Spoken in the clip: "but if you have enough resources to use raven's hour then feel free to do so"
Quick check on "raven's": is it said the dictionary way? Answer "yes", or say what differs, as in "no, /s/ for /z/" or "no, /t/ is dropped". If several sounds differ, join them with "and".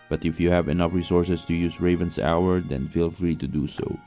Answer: no, /s/ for /z/